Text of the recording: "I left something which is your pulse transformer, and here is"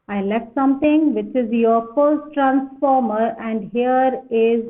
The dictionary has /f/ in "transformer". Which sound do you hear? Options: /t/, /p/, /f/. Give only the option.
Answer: /f/